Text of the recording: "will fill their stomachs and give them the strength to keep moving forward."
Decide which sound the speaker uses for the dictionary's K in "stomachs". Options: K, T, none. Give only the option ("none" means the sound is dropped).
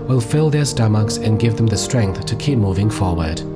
K